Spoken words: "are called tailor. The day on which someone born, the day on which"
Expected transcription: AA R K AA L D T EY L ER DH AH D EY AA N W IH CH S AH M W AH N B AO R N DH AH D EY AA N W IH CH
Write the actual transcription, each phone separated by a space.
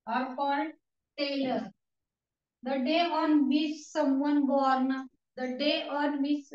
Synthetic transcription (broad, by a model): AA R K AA D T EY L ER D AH D EY AA N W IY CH S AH M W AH N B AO R N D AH D EY AA N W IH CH